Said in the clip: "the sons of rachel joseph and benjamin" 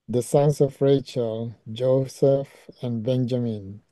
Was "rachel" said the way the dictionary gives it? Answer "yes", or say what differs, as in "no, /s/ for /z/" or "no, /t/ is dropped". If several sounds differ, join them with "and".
yes